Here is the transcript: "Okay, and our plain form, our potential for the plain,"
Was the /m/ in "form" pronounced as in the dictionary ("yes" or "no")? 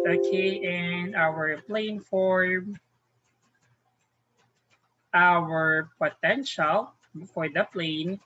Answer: no